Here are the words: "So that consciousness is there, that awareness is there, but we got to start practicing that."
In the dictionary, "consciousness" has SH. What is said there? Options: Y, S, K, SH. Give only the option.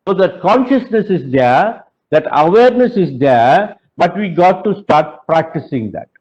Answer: SH